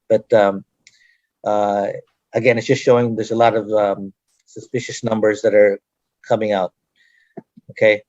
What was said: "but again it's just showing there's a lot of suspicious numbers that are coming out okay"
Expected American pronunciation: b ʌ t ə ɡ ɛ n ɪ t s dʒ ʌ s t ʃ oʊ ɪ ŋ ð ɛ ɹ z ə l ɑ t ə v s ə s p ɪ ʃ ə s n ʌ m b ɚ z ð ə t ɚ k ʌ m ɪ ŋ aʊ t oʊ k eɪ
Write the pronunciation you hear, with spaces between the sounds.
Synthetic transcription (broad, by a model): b ʌ t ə ɡ ɛ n ɪ t s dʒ ʌ s t ʃ oʊ ɪ ŋ ð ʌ ɹ z ə l ɑ t ə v s ə s p ɪ ʃ ə s n ʌ m b ɚ z ð ə t ɚ k ʌ m ɪ ŋ aʊ t oʊ k eɪ